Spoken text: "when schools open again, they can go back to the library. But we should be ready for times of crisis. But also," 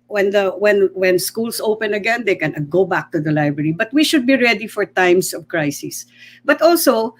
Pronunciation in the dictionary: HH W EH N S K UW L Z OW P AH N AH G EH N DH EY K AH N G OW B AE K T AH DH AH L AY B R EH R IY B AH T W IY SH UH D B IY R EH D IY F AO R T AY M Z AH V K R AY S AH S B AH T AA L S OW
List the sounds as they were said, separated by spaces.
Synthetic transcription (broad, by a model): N W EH N S K UW L S OW P AH N AH G EH N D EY K AH N G OW B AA K T AH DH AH L AY B R EH R IY B AH T W IY SH UH D B IY R EH D IY F AO R T AY M S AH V K R AY S AH S B AH T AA L S OW